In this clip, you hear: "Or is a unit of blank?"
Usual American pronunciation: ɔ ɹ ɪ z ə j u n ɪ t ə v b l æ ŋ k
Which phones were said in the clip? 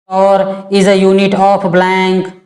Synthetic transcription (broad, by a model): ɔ ɹ ɪ z ə j u n ɪ t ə p b l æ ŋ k